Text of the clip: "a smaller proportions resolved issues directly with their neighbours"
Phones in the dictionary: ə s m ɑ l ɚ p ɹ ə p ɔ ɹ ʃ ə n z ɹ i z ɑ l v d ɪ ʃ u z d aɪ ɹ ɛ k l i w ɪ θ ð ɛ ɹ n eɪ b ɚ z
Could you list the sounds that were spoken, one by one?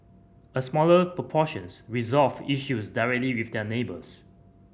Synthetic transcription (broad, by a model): ə s m ɑ l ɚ p ɹ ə p ɔ ʃ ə n s ɹ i z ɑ l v ɪ ʃ u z d aɪ ɹ ɛ k l i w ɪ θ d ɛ n eɪ b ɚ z